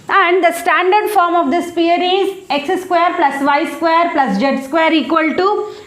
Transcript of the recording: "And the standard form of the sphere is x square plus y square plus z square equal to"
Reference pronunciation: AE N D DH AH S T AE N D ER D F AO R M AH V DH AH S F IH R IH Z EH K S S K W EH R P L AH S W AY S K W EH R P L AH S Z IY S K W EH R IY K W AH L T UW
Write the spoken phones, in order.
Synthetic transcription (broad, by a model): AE N D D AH S T AE N D ER D F AO R M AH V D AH S P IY R IH Z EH K S S K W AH R P L AH S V AY S K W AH R P L AH S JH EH S K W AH R IY K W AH L T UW